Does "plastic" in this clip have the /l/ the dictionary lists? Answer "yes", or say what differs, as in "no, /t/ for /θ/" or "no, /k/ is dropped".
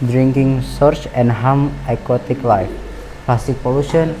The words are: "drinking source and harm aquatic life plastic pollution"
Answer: no, /l/ is dropped